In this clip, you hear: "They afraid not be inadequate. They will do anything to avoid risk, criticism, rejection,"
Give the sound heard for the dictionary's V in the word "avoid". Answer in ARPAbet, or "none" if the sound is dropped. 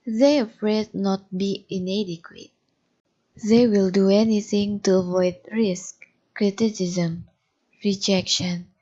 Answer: V